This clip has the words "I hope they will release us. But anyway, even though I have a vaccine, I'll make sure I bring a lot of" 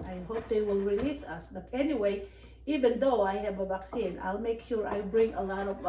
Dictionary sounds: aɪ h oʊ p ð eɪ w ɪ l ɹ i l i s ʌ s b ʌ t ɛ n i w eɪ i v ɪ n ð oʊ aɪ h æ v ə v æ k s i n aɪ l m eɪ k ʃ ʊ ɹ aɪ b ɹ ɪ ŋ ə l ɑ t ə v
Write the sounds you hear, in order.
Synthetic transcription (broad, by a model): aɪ h oʊ p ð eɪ w ɪ l ɹ i l i s ʌ s b ʌ t ɛ n i w eɪ i v ɪ n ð oʊ aɪ h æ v ə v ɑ k s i n aɪ l m eɪ k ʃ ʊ ɹ aɪ b ɹ ɪ ŋ ə l ɑ t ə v